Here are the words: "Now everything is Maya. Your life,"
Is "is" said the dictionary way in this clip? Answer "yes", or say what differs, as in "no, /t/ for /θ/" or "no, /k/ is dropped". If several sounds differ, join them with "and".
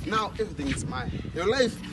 no, /s/ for /z/